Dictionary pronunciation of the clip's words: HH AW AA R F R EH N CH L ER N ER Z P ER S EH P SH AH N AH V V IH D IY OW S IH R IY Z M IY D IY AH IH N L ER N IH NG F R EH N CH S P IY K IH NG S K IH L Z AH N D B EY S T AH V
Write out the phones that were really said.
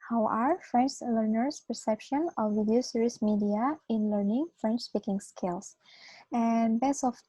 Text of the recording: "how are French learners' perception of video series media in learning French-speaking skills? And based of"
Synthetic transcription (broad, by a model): HH AW AA R F R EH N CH L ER N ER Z P ER S EH P SH AH N AH V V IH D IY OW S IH R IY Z M IY D IY AH IH N L ER N IH NG F R EH N CH S P IY K IH NG S K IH L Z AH N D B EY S AH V